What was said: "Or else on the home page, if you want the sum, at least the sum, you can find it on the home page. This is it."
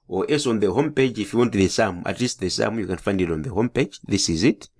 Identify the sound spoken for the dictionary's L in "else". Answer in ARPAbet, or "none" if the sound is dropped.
none